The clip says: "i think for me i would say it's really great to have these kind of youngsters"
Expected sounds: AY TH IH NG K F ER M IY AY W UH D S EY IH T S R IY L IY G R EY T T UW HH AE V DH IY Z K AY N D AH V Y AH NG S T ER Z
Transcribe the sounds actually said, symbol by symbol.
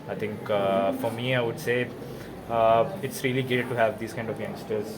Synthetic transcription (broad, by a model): AY T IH NG K F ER M IY AY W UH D S EY IH T S R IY L IY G EY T T UW HH AE V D IY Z K AY N D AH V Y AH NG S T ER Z